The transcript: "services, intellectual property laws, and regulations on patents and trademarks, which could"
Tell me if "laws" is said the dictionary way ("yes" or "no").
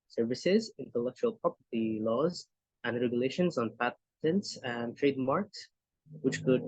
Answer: yes